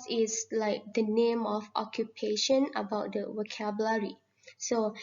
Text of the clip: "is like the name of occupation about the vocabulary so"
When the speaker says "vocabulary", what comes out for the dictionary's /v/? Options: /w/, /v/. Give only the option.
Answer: /w/